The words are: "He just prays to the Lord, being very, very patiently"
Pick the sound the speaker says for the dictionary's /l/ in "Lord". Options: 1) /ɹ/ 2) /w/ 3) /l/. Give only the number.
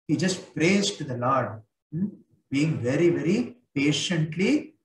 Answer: 3